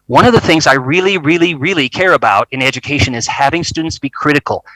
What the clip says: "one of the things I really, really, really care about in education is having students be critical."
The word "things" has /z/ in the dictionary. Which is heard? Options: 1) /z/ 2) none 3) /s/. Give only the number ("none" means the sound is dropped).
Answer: 1